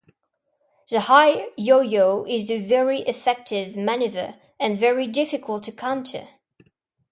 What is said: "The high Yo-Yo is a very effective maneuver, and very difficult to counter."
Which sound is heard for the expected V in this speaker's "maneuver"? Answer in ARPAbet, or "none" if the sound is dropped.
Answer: V